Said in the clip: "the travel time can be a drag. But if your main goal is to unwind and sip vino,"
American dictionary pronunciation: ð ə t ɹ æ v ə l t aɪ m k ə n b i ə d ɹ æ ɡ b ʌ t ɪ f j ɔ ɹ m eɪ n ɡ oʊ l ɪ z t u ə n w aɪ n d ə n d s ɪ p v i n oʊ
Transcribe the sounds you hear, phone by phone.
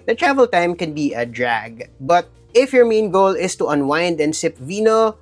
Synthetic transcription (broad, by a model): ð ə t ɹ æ v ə l t aɪ m k ə n b i ə d ɹ æ ɡ b ʌ t ɪ f j ɔ ɹ m eɪ n ɡ oʊ l ɪ s t u ə n w aɪ n d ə n s ɪ p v i n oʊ